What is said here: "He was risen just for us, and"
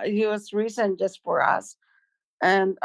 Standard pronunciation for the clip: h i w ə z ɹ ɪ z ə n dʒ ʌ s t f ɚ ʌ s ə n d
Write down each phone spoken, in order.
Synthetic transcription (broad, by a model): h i w ə z ɹ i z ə n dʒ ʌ s t f ɚ ʌ s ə n